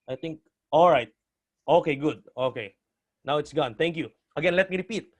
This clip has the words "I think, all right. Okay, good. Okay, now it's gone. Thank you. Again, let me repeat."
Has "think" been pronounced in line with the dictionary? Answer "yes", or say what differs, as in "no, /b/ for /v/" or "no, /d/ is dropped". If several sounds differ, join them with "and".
no, /t/ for /θ/